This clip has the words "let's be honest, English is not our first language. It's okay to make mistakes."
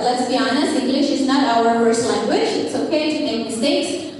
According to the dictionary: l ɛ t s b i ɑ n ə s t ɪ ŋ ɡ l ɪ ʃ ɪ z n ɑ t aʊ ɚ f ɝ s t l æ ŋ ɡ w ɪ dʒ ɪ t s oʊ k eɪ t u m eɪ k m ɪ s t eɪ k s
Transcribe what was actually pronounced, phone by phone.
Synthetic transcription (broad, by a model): l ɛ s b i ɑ n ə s ɪ ŋ ɡ l ɪ ʃ ɪ z n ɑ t aʊ ɚ p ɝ s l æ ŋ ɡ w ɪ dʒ ɪ t s oʊ k eɪ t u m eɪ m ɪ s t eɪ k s